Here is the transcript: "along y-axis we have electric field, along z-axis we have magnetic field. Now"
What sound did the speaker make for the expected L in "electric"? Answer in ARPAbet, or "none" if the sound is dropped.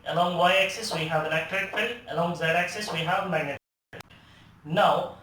N